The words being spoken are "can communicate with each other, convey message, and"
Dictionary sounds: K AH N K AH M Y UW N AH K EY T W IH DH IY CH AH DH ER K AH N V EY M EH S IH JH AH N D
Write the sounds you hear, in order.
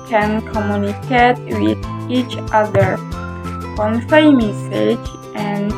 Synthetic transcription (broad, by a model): K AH N K AH M Y UW N AH K EY T W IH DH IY CH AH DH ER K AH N F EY M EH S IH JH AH N